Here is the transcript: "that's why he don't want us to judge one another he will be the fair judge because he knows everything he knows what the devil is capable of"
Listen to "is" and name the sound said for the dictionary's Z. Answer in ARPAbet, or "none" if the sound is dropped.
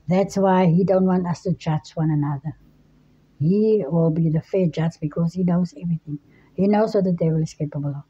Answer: S